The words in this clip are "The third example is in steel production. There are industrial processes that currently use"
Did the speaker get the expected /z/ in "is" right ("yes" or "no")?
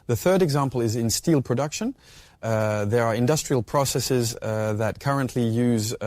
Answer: yes